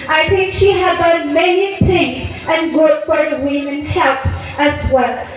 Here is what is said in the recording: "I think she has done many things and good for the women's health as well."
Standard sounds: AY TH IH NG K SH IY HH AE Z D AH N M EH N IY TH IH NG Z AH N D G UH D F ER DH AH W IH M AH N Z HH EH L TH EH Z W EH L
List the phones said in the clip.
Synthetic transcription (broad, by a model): AY TH IH NG K SH IY HH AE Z D AH N M EH N IY TH IH NG Z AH N G UH D F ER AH W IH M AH N HH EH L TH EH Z W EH L